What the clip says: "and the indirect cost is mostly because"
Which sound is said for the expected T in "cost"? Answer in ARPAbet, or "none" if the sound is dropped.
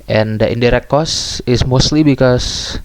none